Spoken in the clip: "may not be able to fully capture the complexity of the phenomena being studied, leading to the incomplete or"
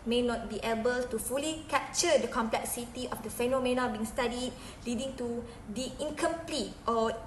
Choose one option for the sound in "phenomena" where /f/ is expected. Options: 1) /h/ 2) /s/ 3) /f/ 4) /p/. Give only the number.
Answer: 3